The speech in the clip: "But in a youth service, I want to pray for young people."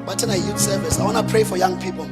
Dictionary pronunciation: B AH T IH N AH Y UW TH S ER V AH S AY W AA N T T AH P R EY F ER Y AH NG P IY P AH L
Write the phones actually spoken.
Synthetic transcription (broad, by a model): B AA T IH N AH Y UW T S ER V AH S AY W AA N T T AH P R EY F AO Y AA NG P IY P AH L